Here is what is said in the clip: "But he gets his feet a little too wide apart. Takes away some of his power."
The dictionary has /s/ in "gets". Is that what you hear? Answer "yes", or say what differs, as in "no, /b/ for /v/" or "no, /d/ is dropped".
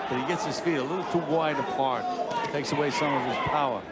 yes